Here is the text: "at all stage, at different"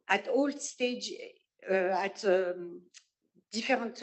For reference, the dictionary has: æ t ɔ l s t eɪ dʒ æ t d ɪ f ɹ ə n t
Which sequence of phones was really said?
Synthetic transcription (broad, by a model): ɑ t ɔ l s t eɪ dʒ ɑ t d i f ɹ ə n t